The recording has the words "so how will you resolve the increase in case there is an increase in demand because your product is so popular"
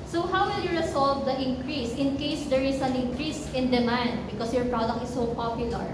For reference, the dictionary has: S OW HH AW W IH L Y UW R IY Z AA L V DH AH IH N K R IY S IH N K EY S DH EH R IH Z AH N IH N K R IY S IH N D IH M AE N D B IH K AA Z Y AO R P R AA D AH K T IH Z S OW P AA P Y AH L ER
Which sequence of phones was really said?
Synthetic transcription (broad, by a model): S OW HH AW W IH L Y UW R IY S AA L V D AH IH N K R IY S IH N K EY S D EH R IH S AH N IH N K R IY S IH N D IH M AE N D B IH K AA S Y AO R P R AA D AH K T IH S OW P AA P Y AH L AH